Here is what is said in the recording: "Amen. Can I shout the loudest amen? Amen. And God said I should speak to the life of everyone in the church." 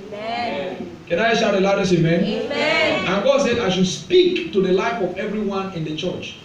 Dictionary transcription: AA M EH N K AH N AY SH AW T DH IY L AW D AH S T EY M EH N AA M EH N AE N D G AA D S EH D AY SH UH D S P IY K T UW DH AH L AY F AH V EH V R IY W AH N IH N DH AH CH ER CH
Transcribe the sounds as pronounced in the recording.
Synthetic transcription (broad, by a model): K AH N AY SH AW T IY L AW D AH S EY M EH N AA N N G AA D S EH D AY SH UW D S P IY K T UW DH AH L AY F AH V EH V R IY W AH N IH N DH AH CH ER CH